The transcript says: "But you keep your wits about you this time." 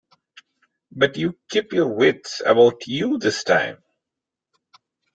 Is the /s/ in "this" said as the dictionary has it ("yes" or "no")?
yes